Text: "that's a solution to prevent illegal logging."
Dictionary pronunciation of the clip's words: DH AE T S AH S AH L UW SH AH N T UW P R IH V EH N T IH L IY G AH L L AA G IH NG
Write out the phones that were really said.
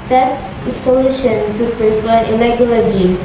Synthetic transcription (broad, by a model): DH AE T S AH S AH L UW SH AH N T UW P R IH F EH T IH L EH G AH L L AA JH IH